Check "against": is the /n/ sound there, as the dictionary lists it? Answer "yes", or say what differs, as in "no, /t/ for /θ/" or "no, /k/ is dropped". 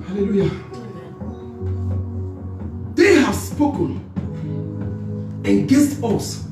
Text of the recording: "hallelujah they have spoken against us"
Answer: no, /n/ is dropped